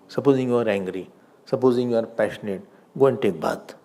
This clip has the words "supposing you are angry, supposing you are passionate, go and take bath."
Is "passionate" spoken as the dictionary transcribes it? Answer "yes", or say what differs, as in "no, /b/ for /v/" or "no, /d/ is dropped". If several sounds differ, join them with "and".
yes